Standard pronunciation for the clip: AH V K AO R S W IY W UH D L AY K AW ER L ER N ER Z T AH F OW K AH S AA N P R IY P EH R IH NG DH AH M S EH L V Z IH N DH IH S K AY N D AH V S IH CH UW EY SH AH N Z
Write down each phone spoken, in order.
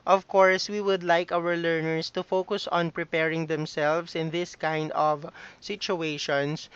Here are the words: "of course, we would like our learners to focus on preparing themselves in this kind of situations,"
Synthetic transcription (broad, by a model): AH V K AO R S W IY W UH D L AY K AW ER L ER N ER S T AH F OW K AH S AA N P R IY P EH R IH NG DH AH M S EH L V S IH N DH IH S K AY N D AH V S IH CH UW EY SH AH N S